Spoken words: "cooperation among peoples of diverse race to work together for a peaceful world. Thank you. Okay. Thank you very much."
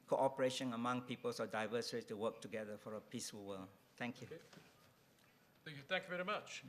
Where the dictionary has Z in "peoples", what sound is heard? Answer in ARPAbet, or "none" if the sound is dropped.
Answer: S